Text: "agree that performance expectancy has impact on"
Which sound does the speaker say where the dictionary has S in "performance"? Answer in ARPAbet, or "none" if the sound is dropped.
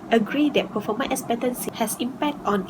none